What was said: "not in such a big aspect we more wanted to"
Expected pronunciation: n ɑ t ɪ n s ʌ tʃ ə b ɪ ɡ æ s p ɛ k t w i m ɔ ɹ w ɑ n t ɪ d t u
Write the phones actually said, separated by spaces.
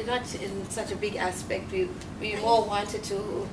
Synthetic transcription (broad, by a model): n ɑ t ɪ n s ʌ tʃ ə b ɪ ɡ æ s p ɛ k t w i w ɔ l w ɑ n t ɪ d t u